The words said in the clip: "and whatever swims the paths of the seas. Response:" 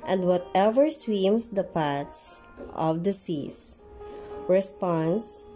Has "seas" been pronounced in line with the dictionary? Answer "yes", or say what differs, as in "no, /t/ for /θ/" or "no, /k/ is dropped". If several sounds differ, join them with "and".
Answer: no, /s/ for /z/